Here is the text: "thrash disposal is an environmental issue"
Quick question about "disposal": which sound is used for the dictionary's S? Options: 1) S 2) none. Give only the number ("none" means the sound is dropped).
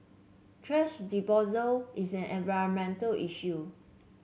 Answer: 2